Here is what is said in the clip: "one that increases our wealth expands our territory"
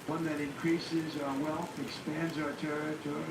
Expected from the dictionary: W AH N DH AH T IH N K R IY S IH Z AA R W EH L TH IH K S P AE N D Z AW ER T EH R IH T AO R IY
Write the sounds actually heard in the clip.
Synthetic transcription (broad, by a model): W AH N DH AH T IH N K R IY S IH Z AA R W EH L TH IH K S P AE N D Z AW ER T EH R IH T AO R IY